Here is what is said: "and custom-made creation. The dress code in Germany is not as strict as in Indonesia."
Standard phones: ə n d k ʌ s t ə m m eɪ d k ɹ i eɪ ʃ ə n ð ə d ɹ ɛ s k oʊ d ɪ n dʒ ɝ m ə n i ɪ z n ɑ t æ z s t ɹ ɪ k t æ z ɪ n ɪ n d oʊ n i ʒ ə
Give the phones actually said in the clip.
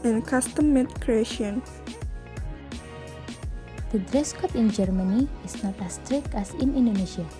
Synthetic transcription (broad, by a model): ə n k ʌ s t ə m m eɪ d k ɹ i eɪ ʃ ə n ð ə d ɹ ɛ s k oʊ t ɪ n dʒ ɝ m ə n i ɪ s n ɑ t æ s t ɹ ɪ k t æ s ɪ n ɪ n d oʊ n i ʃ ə